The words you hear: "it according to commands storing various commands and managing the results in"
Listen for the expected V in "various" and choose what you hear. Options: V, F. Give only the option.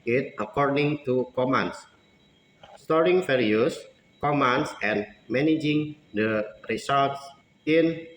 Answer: F